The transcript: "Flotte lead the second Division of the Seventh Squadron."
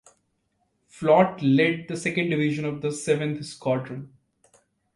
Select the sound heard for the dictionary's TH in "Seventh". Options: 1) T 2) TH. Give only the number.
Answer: 1